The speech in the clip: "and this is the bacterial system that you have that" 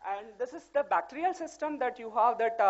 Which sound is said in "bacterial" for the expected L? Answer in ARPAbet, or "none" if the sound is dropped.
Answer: L